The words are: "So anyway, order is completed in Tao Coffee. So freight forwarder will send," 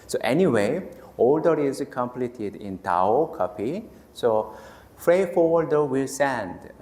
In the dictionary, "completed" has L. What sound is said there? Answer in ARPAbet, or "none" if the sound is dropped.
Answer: L